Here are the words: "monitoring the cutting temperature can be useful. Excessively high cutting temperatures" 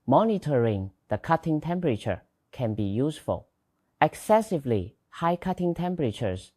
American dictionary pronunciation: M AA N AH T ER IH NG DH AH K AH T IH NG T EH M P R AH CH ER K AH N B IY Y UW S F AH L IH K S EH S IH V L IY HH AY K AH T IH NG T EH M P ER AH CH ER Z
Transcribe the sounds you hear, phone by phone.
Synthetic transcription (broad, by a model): M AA N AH T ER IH NG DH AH K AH T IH NG T EH M P R AH CH ER K AH N B IY Y UW S F AH L IH K S EH S IH V L IY HH AY K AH T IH NG T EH M P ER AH CH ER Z